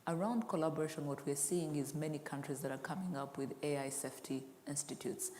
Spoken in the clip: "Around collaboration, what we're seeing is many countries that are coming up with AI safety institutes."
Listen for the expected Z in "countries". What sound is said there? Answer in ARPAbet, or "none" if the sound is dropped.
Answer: Z